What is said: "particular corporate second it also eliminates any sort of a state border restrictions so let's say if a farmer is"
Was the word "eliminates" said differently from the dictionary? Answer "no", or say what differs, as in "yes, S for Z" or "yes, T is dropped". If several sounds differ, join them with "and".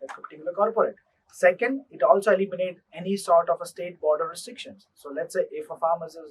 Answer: yes, S is dropped